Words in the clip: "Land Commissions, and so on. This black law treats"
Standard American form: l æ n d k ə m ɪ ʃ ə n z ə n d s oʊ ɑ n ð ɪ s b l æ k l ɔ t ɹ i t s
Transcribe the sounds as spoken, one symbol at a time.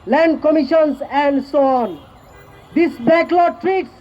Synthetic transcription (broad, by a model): l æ n d k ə m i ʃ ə n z ə n d s oʊ ɑ n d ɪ s b æ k l ɔ t ɹ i t s